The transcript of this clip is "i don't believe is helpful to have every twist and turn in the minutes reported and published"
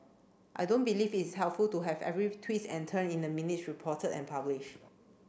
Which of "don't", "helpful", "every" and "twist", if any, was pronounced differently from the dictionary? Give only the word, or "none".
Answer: twist